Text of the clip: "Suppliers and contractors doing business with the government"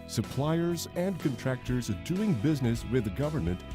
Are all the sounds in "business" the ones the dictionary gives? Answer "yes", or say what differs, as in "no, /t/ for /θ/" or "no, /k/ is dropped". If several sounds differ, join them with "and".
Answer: yes